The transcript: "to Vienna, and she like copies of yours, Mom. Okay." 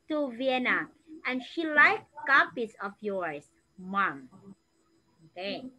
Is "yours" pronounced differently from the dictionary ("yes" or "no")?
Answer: yes